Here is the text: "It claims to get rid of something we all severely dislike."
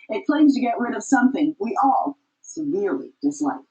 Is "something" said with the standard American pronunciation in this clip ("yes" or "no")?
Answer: yes